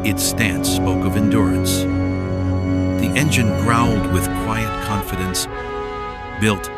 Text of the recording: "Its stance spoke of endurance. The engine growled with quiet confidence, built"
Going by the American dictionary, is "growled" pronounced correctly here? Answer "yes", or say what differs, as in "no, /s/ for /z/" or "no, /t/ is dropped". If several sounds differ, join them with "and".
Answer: no, /n/ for /l/